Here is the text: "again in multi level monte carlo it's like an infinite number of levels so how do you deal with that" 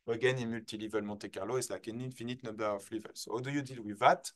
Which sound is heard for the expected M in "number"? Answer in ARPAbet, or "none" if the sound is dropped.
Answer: none